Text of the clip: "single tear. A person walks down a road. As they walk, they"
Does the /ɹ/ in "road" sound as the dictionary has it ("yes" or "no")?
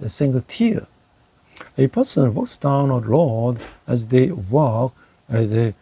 no